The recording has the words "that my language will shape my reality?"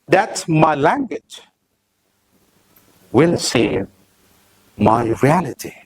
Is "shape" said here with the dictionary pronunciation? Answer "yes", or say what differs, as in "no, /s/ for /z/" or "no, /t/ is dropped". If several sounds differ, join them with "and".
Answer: no, /s/ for /ʃ/